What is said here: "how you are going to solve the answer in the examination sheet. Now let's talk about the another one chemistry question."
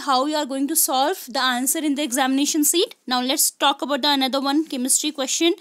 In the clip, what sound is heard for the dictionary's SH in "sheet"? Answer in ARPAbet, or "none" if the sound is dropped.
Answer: S